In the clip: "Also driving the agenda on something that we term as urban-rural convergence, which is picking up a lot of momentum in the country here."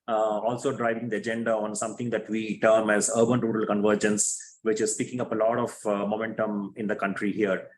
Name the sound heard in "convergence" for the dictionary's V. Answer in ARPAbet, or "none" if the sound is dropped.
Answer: V